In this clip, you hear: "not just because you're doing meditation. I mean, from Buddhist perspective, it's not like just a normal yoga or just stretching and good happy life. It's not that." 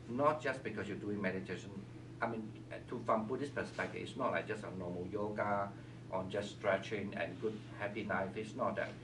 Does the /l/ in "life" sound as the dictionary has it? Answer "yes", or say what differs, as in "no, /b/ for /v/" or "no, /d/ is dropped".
no, /n/ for /l/